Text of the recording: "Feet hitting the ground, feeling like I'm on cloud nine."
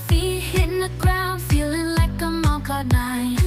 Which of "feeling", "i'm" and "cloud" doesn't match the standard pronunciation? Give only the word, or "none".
cloud